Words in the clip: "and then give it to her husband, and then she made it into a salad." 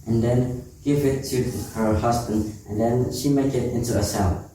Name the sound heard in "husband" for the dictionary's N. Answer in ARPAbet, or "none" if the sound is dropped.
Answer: N